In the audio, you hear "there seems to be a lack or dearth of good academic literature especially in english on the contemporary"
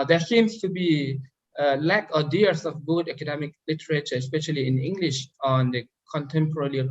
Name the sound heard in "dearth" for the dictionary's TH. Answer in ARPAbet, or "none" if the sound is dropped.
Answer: S